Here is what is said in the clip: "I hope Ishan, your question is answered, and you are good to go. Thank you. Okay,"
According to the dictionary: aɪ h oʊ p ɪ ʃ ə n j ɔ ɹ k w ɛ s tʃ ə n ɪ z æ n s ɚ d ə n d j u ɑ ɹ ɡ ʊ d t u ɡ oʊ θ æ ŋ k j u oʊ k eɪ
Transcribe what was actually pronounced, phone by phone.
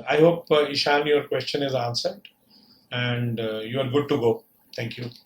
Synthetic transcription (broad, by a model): aɪ h oʊ p ɪ ʃ ə n j ɔ ɹ k w ɛ s tʃ ə n ɪ z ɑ n s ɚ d ə n d j u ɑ ɹ ɡ ʊ d t u ɡ oʊ t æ ŋ k j u